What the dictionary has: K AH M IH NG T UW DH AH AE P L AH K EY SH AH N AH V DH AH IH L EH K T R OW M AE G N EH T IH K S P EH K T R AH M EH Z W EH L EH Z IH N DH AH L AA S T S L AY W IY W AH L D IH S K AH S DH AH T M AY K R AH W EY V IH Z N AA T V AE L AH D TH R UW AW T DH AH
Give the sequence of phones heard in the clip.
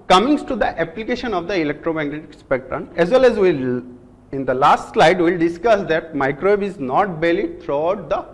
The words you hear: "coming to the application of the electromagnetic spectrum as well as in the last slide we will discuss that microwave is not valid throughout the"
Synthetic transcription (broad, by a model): K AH M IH NG T UW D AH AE P L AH K EY SH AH N AH V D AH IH L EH K T R OW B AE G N EH T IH K S P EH K T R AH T EH Z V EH L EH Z IH N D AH L AA S T S L AY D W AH L D IH S K AH S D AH T M AY K R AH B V IH Z N AA T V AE L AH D T R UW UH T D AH